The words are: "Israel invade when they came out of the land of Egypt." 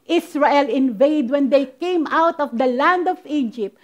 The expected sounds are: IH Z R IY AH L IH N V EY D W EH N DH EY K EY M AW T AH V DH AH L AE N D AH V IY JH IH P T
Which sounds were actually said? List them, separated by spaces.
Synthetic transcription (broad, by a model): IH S R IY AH L IH N V EY D W EH N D EY K EY M AW T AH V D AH L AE N D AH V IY JH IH P T